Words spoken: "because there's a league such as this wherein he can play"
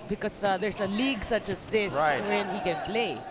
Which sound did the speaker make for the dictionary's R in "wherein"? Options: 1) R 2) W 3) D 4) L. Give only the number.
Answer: 2